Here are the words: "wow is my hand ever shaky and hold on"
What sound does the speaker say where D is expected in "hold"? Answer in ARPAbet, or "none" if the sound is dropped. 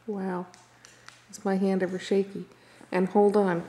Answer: D